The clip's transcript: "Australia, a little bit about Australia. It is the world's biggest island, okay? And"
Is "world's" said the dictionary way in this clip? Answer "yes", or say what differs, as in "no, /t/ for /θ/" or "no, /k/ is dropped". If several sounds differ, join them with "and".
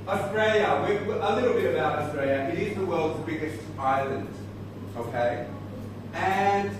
yes